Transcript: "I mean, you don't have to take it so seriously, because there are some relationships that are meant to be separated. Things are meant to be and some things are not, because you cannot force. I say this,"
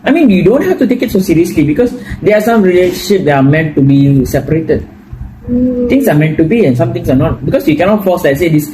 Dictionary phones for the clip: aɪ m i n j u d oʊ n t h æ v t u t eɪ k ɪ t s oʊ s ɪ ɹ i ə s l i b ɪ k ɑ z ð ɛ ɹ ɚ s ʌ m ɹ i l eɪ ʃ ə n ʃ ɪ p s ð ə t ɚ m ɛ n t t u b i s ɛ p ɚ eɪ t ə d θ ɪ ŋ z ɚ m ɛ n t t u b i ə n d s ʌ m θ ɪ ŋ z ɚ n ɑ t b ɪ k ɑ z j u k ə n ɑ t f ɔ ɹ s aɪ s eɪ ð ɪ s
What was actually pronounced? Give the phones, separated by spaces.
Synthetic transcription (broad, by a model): aɪ m i n j u d oʊ n t h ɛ f t u t eɪ k ɪ t s oʊ s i ɹ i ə s l i b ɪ k ɑ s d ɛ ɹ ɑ s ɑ m ɹ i l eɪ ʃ ə n ʃ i p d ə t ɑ m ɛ n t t u b i s ɛ p ɚ eɪ t ə d t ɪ ŋ s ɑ m ɛ n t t u b i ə n s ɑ m t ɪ ŋ s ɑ n ɑ t b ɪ k ɑ s j u k ə n ɑ t f ɔ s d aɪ s eɪ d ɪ s